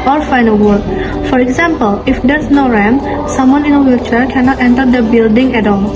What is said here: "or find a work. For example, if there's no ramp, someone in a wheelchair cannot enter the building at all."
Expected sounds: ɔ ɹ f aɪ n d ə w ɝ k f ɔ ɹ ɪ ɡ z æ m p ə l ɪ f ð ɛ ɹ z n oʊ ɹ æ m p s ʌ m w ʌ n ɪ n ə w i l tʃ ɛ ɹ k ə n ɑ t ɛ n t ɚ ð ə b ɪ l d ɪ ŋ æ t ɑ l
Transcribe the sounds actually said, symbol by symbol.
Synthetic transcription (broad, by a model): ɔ ɹ f aɪ n ə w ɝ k f ɔ ɹ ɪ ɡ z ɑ m p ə l ɪ f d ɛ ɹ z n oʊ ɹ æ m s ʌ m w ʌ n ɪ n ə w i tʃ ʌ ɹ k ə n ɑ t ɛ n t ɚ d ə b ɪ l d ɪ ŋ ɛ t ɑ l